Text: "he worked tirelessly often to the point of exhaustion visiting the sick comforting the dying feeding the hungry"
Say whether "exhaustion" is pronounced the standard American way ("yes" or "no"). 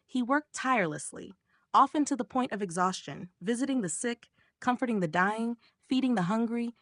yes